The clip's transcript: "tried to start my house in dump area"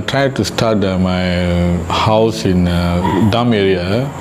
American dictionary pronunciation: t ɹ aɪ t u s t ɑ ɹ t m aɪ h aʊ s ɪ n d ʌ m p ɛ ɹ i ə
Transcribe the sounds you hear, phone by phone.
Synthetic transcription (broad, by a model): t ɹ aɪ t u s t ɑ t m aɪ h aʊ s ɪ n d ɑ m ɛ ɹ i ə